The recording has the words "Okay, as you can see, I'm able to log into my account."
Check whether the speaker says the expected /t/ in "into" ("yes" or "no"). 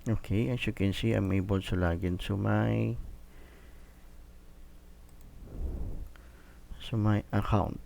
no